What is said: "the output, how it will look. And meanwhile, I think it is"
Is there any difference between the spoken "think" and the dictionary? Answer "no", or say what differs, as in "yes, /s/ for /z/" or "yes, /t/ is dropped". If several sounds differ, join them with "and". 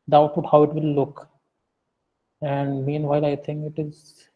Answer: yes, /t/ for /θ/